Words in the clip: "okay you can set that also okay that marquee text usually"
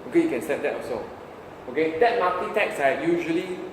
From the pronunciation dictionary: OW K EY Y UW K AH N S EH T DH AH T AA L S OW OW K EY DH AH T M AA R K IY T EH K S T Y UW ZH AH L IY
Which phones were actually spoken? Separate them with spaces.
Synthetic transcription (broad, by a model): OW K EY Y UW K AH N S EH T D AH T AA S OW OW K EY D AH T M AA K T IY T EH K S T Y UW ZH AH L IY